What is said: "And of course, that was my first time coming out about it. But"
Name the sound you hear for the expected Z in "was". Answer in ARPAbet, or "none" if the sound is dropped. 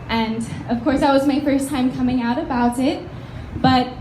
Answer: Z